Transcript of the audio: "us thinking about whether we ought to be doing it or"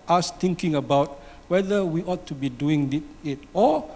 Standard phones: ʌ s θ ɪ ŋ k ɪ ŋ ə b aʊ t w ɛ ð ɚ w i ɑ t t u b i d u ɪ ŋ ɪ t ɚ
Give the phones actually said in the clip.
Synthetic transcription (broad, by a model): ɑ s t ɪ ŋ k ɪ ŋ ə b aʊ t w ɛ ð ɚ w i ɑ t t u b i d u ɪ ŋ ɪ t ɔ